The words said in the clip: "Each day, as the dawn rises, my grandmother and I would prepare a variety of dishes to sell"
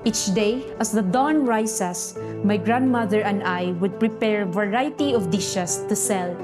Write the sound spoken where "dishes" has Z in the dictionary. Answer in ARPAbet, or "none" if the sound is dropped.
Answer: S